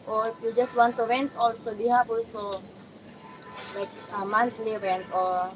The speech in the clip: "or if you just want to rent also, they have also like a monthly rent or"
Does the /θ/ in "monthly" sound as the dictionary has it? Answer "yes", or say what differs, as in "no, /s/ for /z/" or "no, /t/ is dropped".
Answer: no, /t/ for /θ/